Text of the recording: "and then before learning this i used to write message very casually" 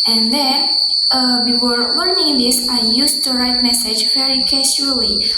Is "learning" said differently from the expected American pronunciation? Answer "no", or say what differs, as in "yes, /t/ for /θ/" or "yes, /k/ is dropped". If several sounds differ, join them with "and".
yes, /w/ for /l/